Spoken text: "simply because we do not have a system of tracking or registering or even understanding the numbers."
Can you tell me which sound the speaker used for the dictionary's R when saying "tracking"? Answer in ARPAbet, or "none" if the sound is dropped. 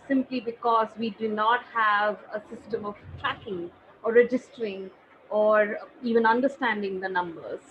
R